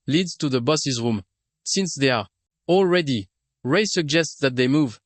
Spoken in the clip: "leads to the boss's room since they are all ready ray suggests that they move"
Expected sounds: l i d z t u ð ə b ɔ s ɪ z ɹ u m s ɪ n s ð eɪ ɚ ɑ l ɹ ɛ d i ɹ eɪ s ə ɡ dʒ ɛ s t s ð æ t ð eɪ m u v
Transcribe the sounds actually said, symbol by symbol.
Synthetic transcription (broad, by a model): l i d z t u ð ə b ɔ s ɪ z ɹ u m s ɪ n s ð eɪ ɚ ɑ l ɹ ɛ d i ɹ eɪ s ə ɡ dʒ ɛ s t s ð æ t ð eɪ m u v